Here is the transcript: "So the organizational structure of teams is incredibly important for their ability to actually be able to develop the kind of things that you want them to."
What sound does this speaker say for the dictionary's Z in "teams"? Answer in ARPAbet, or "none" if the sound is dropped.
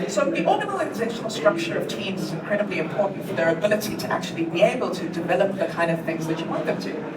Z